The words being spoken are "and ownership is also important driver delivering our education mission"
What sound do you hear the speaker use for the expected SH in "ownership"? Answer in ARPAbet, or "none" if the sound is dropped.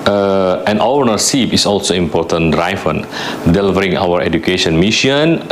S